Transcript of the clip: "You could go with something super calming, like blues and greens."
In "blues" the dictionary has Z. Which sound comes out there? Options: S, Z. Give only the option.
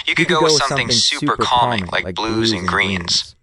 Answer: Z